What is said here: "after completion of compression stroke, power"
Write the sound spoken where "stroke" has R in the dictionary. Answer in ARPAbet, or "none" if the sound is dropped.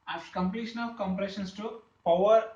none